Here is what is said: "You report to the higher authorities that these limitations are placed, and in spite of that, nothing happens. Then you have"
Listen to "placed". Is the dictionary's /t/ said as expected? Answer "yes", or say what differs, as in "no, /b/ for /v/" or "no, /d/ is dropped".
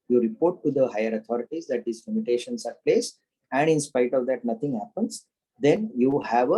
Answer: no, /t/ is dropped